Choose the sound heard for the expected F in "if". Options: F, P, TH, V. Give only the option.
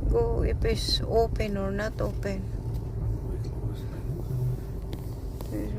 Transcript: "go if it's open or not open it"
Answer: P